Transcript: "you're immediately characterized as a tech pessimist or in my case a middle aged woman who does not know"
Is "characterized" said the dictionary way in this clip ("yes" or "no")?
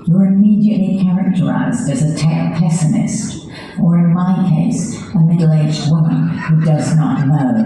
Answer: yes